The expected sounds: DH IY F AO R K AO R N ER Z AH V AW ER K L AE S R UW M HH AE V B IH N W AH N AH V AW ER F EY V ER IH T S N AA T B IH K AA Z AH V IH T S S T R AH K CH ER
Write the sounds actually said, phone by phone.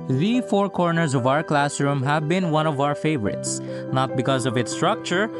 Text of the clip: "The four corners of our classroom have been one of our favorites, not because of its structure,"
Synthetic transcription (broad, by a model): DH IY F AO R K AO R N ER Z AH V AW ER K L AE S R UW M HH AE V B IH N W AH N AH V AW ER F EY V ER IH T S N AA T B IH K AA Z AH V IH T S S T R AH K CH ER